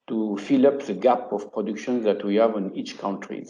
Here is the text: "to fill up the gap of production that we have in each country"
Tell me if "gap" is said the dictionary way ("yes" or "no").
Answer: yes